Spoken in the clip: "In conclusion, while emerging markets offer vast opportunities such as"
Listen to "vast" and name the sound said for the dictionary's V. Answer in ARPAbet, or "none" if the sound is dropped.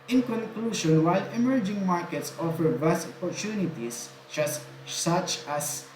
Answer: B